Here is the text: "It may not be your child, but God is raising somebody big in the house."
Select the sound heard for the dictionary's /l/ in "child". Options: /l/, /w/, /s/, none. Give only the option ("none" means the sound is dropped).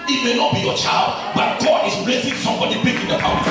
/l/